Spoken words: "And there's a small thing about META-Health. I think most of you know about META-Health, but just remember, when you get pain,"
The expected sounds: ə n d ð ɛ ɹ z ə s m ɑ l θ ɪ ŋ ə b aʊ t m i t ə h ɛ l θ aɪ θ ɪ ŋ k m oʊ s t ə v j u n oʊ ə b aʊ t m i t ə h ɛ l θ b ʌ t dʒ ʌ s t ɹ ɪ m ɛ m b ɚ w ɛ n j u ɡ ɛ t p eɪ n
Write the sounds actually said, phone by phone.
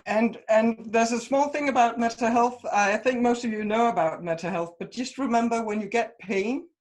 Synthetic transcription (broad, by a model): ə n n ð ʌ ɹ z ə s m ɑ l θ ɪ ŋ ə b aʊ t m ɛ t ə h ɛ l θ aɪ θ ɪ ŋ k m oʊ s t ə v j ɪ n oʊ ə b aʊ t m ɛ t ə h ɛ l θ b ʌ t dʒ ʌ s t ɹ ɪ m ɛ m b ɚ w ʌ n j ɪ ɡ ɛ t p eɪ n